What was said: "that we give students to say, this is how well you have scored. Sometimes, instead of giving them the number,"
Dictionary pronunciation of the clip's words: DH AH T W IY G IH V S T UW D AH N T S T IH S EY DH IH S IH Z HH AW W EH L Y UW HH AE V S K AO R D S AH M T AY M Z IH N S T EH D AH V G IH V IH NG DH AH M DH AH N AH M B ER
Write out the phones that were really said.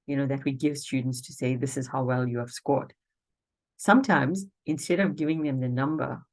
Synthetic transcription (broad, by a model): DH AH T W IY G IH V S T UW D N T S T IH S EY DH IH S IH Z HH AW W EH L Y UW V S K AO R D S AH M T AY M Z IH N S T EH D AH V G IH V IH NG DH AH M DH AH N AH M B ER